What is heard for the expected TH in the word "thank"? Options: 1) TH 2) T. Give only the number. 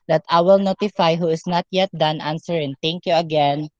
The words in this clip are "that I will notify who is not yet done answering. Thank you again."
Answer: 2